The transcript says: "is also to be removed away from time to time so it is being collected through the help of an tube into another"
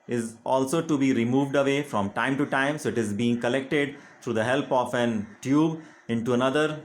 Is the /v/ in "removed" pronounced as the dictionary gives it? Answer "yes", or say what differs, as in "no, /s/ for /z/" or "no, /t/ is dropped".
yes